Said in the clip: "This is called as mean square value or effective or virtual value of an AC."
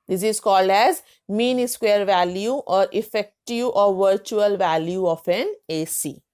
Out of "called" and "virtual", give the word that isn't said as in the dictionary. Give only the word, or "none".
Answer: none